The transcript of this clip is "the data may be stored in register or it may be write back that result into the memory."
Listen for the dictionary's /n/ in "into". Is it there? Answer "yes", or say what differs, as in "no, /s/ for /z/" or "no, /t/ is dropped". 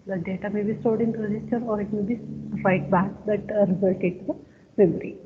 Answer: no, /n/ is dropped